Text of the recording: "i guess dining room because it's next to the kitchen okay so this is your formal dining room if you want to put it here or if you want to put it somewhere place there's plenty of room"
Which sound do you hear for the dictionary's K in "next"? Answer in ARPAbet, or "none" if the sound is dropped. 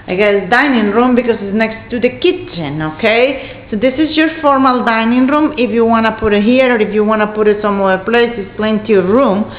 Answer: K